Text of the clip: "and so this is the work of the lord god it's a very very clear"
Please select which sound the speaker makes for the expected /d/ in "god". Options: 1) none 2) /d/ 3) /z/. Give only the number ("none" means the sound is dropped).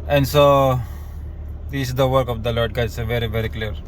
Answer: 1